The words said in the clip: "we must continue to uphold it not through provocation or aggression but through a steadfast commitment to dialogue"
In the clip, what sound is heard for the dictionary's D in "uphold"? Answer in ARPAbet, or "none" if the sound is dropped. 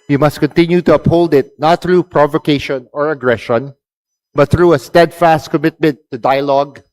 D